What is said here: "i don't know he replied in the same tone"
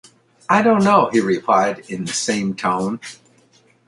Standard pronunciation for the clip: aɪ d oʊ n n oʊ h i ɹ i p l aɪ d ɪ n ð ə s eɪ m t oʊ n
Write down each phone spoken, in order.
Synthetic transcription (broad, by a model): aɪ d oʊ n n oʊ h i ɹ i p l aɪ d ɪ n ð ə s eɪ m t oʊ n